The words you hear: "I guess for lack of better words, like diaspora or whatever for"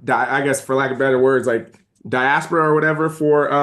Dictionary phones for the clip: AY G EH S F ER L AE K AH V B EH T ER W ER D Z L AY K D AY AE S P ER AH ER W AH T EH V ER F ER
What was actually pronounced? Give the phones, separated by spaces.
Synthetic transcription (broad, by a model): AY G EH S F ER L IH K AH B EH T ER W ER D Z L AY K D AY AE S P ER AH ER W AH T EH V ER F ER